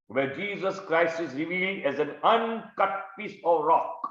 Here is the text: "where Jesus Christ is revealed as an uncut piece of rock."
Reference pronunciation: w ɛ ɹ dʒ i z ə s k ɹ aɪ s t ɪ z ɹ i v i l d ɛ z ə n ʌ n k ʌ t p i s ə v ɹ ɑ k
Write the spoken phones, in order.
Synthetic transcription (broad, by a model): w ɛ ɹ dʒ i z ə s k ɹ aɪ s t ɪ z ɹ i v i l d ɛ z ə n ʌ n k ʌ t p i s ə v ɹ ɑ k